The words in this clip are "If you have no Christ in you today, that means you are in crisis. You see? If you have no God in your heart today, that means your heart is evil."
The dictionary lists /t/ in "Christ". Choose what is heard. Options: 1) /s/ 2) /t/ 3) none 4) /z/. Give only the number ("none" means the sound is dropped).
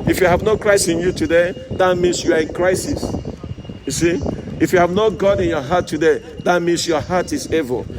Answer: 3